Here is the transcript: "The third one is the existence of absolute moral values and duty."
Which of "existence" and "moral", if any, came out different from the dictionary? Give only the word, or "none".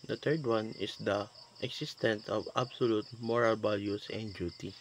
existence